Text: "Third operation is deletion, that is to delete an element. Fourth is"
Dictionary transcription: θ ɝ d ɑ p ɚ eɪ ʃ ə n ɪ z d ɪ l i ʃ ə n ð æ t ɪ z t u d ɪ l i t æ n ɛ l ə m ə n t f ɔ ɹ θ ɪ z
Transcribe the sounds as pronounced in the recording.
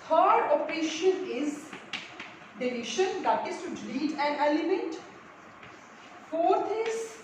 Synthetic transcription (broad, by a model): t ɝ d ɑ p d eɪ ʃ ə l ɪ z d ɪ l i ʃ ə n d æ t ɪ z t u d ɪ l i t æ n ɛ l ə m ə n t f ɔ ɹ t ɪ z